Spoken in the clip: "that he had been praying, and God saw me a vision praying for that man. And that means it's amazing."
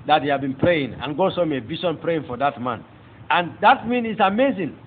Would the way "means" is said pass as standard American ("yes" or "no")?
no